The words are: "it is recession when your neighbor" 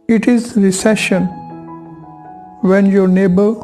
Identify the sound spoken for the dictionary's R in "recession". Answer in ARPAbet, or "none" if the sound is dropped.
R